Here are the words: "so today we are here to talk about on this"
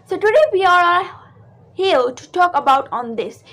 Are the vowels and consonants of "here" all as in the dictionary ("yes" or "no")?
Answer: no